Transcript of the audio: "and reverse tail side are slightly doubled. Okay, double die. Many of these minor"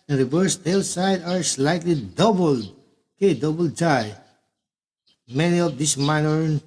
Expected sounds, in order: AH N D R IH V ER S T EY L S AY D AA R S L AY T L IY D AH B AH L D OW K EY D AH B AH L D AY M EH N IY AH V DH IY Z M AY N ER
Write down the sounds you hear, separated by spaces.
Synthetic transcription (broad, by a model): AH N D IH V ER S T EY L S AY D AA R S L AY T L IY D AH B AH L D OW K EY D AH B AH L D AY M EH N IY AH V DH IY S M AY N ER